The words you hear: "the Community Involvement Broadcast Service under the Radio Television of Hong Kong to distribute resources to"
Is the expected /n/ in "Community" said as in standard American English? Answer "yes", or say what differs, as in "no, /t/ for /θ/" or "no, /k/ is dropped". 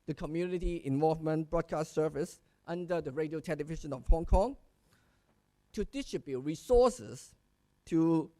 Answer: yes